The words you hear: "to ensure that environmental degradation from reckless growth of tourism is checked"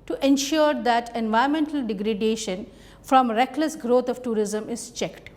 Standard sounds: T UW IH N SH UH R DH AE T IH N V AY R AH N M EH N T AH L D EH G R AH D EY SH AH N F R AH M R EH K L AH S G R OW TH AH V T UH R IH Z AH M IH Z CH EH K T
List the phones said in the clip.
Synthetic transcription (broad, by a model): T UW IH N SH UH R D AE T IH N V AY AH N M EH N T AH L D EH G R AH D EY SH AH N F R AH M R EH K L AH S G R OW T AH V T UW R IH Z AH M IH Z CH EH K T